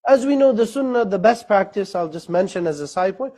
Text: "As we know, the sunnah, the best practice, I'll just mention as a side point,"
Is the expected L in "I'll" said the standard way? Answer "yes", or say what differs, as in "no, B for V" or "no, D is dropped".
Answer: yes